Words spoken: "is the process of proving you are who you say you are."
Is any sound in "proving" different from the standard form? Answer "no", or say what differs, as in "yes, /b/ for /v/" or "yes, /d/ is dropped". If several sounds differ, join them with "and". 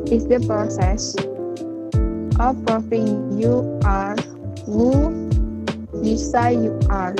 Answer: yes, /f/ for /v/